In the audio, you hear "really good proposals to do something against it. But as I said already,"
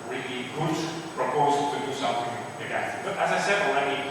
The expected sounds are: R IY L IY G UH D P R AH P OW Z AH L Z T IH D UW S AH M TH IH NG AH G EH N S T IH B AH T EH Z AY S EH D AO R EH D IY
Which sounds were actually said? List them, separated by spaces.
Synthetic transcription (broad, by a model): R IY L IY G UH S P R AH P OW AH Z T IH D UW S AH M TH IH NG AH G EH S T IH B AH T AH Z AY S EH D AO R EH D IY